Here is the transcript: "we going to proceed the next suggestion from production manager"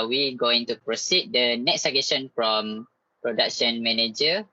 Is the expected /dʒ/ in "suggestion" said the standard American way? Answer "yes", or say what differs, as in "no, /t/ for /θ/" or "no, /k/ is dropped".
no, /dʒ/ is dropped